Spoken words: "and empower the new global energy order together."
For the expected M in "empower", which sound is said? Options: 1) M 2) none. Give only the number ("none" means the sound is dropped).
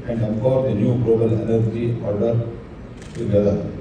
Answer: 2